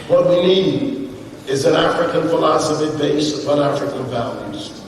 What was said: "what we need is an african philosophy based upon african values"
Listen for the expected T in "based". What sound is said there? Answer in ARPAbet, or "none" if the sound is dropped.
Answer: none